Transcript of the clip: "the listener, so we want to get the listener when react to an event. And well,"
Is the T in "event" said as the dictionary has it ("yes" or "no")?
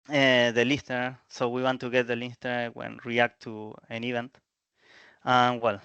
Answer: yes